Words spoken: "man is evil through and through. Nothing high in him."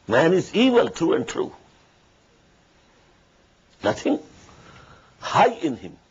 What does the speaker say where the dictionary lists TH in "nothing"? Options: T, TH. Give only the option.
T